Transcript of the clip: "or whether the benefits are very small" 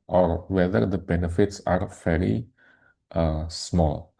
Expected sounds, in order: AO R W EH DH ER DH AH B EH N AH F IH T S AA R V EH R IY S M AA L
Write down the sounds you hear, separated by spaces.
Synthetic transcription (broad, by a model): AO R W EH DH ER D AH B EH N AH F IH T S AA R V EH R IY S M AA L